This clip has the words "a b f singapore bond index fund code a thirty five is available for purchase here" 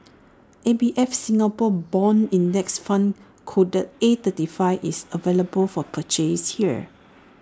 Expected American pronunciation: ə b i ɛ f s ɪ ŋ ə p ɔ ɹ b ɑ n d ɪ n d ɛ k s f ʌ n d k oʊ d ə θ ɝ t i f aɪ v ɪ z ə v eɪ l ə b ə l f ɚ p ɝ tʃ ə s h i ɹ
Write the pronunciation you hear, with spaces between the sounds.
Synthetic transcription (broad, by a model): ə b i ɛ f s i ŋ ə p ɔ b ɑ n i n d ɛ k s f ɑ n k oʊ d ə t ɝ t i f aɪ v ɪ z ə v eɪ l ə b ə l f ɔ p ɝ tʃ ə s h i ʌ